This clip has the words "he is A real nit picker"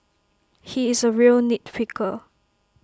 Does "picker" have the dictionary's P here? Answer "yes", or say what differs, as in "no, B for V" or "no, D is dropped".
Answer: no, F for P